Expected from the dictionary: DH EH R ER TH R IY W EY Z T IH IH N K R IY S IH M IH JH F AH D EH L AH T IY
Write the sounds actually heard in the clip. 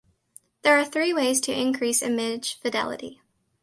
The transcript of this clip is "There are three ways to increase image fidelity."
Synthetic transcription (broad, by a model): DH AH R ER TH R IY W EY Z T IH IH N K R IY S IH M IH ZH F AH D EH L AH T IY